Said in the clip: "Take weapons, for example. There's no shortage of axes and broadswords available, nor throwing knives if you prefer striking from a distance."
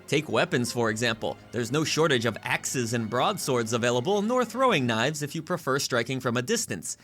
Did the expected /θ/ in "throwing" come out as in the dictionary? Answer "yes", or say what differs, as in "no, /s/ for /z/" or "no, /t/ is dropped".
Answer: yes